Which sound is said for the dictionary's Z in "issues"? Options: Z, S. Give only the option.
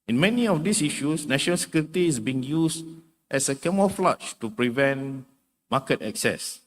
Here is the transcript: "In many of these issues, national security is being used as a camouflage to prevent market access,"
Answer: S